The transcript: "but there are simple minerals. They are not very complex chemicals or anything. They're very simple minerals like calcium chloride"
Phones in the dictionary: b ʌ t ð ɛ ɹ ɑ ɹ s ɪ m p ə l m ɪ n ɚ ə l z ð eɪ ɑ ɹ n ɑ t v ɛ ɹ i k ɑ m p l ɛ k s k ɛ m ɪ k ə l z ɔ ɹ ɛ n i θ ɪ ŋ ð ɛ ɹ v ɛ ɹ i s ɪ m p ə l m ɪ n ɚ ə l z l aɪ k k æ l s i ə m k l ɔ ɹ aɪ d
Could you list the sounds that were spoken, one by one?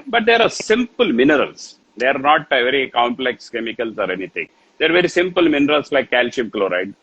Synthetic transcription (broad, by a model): b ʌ t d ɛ ɹ ɑ ɹ s ɪ m p ə l m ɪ n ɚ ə l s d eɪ ɑ ɹ n ɑ t v ɛ ɹ i k ɑ m p l ɛ k s k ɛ m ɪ k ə l s ɔ ɹ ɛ n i t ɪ ŋ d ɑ ɹ v ɛ ɹ i s ɪ m p ə l m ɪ n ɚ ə l s l aɪ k k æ l ʃ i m k l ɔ ɹ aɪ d